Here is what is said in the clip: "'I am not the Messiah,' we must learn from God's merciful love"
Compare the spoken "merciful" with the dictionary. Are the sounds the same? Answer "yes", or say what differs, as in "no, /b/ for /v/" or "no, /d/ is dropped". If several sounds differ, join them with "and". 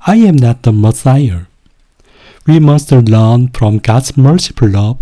no, /p/ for /f/